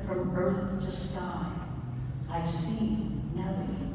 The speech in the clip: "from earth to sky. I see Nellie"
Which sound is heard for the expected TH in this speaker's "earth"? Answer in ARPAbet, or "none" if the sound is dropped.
TH